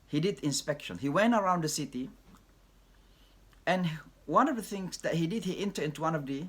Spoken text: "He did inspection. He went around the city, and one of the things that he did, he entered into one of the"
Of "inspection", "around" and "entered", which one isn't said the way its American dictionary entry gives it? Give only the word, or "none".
entered